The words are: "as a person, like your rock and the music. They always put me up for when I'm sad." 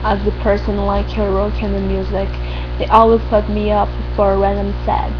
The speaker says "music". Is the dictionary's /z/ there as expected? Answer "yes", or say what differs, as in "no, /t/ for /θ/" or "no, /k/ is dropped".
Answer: yes